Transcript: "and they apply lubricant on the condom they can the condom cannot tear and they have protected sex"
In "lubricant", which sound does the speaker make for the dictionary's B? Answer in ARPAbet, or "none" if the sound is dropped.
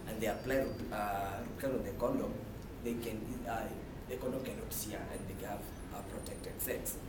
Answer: none